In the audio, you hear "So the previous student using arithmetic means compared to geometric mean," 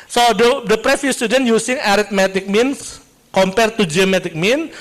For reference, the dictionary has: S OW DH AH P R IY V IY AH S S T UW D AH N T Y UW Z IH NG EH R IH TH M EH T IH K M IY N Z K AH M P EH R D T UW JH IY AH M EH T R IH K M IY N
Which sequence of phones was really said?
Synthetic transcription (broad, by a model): S OW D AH P R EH F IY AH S S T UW D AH N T Y UW S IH NG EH R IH T M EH T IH K M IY N S K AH M P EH R T UW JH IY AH M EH T IH K M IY N